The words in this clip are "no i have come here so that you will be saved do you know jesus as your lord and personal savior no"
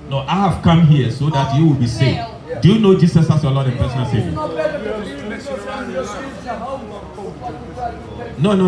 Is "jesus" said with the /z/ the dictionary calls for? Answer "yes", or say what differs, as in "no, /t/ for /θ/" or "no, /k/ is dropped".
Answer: no, /s/ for /z/